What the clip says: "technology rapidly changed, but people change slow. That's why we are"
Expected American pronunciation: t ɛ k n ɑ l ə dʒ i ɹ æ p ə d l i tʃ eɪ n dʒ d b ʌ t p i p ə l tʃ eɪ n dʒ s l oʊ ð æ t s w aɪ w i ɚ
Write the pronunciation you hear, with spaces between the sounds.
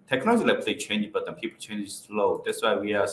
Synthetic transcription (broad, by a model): t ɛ k n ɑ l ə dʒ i l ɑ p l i tʃ eɪ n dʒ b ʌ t p i p ə l tʃ eɪ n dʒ s l oʊ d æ t s w aɪ w i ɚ